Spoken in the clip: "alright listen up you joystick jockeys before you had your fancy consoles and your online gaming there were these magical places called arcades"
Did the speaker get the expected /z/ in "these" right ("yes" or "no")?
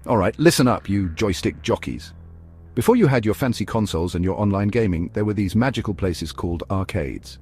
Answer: yes